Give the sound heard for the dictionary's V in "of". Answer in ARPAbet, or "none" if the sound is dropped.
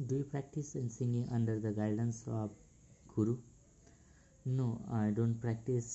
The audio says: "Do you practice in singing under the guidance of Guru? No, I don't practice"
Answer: B